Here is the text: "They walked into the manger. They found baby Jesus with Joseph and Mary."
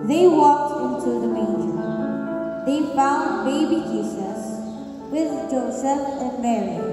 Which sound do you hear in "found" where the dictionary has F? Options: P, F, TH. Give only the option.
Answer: F